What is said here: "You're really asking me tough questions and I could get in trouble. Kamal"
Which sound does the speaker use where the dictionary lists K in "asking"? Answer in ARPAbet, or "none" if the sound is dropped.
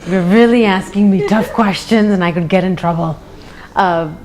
K